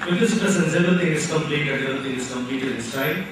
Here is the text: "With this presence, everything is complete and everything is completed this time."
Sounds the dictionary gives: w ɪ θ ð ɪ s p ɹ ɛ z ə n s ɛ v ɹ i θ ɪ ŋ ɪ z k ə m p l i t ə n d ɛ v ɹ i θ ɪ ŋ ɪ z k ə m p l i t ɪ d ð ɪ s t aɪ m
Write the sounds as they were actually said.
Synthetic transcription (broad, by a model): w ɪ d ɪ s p ɛ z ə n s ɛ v ɹ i t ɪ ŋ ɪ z k ə m p l i t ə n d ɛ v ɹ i t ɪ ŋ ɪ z k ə m p l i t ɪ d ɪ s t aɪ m